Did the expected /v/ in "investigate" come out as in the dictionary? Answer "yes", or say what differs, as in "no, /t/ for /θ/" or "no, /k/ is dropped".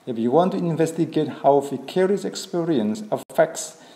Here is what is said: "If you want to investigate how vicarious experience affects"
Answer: yes